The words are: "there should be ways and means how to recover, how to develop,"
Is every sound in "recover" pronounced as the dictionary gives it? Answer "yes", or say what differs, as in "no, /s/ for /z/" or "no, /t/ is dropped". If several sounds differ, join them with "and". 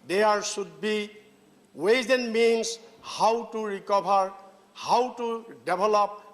no, /b/ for /v/